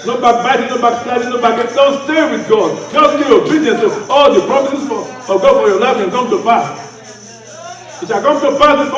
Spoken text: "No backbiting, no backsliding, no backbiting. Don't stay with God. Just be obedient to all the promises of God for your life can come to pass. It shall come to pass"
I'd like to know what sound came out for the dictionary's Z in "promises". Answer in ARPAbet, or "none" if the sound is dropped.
none